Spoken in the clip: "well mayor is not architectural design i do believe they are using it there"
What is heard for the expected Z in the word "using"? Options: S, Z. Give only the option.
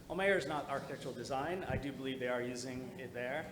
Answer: Z